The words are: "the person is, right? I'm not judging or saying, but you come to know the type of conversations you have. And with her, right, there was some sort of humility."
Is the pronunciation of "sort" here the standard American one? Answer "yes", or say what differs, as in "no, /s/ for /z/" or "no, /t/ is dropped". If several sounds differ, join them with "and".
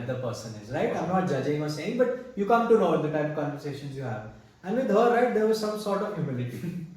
yes